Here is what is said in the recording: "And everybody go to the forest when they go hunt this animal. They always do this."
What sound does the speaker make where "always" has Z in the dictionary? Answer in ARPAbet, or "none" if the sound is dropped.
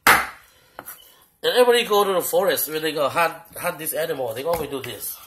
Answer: none